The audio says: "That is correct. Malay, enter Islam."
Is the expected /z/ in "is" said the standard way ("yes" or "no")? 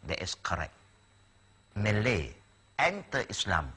no